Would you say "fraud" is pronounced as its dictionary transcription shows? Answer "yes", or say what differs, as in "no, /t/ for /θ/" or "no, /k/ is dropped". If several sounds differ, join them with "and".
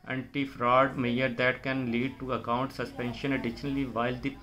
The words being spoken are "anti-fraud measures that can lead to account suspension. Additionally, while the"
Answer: yes